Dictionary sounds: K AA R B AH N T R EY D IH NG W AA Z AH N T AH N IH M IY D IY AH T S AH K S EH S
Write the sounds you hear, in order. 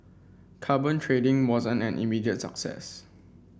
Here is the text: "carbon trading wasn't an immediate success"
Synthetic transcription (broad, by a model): K AA B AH N T R EY D IH NG W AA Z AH N AH N IH M IY D IY AH T S AH K S EH S